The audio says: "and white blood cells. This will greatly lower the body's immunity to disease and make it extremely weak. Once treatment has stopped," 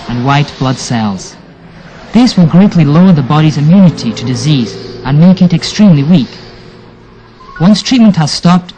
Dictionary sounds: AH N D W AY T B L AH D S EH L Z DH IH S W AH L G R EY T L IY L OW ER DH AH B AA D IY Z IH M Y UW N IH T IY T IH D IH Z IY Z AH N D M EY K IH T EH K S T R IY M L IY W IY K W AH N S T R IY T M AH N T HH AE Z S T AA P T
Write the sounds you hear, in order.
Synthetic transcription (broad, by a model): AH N W AY T B L AH D S EH L Z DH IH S W AH L G R EY T L IY L OW ER DH AH B AA D IY Z IH M Y UW N IH T IY T IH D IH Z IY Z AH N M EY K IH T EH K S T R IY M L IY W IY K W AH N S T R IY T M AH N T HH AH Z S T AA P T